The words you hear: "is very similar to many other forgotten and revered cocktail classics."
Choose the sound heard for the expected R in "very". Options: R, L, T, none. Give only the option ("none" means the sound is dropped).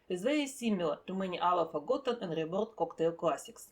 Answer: none